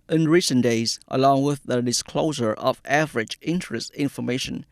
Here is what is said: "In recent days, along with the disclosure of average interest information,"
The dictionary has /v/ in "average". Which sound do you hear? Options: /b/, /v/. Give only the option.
/v/